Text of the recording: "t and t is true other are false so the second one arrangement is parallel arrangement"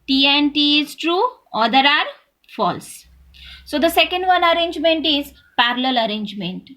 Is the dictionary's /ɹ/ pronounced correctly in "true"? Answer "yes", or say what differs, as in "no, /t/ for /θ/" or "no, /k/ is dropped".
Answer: yes